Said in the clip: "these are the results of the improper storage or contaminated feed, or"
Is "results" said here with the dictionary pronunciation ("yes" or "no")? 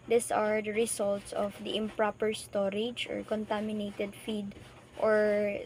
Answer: no